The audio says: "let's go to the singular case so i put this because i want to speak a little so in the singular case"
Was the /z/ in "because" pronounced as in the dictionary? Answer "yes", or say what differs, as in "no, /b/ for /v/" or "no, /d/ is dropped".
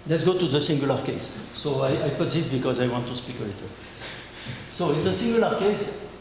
yes